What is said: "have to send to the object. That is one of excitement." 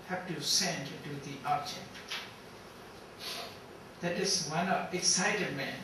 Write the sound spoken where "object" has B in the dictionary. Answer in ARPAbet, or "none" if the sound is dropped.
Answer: none